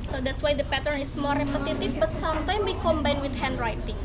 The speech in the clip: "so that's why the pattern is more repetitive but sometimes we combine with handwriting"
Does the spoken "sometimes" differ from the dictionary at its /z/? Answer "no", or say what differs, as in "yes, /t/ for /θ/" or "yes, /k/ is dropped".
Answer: yes, /z/ is dropped